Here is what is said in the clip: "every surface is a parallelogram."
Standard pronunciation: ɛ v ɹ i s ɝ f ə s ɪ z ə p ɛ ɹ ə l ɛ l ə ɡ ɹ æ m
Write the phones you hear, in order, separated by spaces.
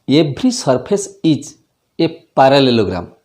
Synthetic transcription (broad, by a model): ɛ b ɹ i s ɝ p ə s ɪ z ə p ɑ ɹ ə l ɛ l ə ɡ ɹ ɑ m